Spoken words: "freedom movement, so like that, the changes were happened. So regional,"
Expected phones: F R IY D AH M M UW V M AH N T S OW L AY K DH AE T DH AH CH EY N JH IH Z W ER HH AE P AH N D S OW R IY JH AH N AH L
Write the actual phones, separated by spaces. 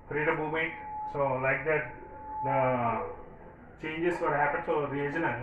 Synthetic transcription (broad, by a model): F R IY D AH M M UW M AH T S OW L AY K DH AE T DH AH CH EY N JH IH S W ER HH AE P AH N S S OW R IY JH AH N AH